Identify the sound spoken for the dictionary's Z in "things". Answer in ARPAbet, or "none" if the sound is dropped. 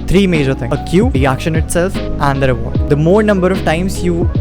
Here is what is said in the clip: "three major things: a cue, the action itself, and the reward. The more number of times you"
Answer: none